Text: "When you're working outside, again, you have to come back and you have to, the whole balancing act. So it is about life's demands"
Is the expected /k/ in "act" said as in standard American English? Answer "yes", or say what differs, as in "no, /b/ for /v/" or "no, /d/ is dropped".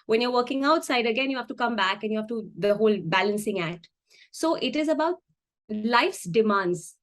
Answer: no, /k/ is dropped